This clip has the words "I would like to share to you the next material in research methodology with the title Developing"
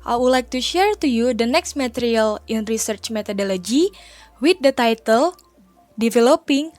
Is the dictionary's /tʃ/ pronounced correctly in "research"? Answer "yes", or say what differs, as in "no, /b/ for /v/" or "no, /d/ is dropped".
yes